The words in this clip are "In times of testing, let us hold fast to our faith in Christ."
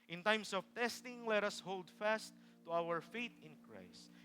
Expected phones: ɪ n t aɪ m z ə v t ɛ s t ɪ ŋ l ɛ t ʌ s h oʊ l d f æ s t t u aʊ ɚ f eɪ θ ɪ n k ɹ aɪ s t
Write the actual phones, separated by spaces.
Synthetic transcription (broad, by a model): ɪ n t aɪ m s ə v t ɛ s t ɪ ŋ l ɛ t ʌ s h oʊ l d f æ s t t u aʊ ɚ f eɪ t ɪ n k ɹ aɪ s t